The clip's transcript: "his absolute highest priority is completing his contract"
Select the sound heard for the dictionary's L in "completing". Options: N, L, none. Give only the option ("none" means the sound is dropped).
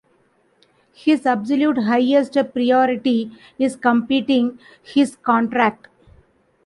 none